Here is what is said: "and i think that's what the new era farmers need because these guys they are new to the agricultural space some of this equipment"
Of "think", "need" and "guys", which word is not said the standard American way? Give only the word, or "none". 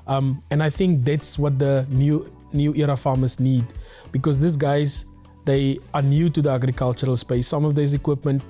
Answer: none